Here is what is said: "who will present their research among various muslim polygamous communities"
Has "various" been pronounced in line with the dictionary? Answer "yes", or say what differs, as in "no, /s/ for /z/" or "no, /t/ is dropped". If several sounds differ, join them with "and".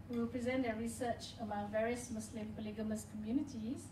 yes